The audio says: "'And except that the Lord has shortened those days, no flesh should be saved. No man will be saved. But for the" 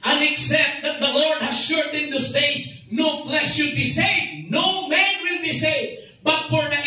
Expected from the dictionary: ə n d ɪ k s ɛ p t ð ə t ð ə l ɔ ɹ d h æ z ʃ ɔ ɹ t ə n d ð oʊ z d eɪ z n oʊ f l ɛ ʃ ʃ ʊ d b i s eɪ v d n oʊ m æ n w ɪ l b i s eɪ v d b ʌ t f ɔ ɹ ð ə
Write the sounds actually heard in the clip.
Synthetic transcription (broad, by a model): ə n ɪ k s ɛ p t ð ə t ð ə l ɔ ɹ d h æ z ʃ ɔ ɹ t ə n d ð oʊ s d eɪ s n oʊ f l ɛ ʃ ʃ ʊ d b i s eɪ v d n oʊ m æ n w ɪ l b i s eɪ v b ʌ t f ɔ ɹ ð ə